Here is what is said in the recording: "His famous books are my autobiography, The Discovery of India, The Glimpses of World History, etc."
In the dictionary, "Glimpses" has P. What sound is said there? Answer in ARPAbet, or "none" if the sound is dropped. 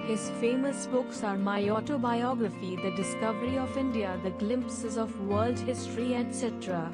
P